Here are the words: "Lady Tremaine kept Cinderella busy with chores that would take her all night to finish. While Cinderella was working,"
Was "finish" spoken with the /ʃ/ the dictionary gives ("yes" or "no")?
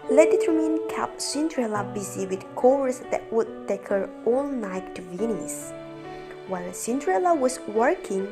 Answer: no